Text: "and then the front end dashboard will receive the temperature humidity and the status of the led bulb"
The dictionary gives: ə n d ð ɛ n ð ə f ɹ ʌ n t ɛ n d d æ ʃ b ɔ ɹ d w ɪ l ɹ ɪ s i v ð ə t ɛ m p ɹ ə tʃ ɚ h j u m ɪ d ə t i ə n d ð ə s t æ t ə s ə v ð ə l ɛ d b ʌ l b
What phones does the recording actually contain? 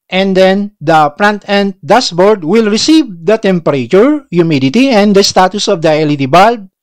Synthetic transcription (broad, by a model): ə n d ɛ n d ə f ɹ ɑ n t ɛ n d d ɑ s b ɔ ɹ d w ɪ l ɹ ɪ s i v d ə t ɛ m p ɹ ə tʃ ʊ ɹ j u m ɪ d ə t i ə n d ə s t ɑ t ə s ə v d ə l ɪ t b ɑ l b